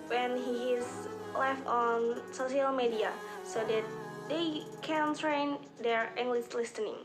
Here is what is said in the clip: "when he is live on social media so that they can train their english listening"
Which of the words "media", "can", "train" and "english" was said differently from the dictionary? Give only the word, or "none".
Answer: english